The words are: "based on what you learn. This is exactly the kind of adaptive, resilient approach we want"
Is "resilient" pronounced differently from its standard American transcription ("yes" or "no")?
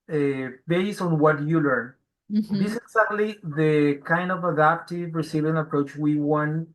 yes